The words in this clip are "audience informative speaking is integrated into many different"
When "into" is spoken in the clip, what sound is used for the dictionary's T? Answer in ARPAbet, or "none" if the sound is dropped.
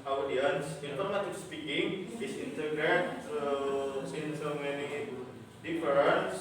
S